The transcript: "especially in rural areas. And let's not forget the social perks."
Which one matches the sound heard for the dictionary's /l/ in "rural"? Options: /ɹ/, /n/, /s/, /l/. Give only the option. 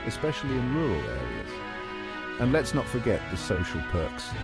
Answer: /l/